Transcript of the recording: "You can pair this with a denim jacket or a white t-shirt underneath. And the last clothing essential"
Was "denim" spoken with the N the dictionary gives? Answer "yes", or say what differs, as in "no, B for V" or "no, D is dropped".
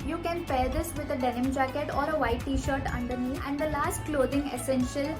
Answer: yes